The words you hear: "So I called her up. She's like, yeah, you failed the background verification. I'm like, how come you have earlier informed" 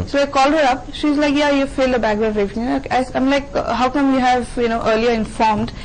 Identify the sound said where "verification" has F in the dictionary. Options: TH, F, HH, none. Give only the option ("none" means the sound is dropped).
none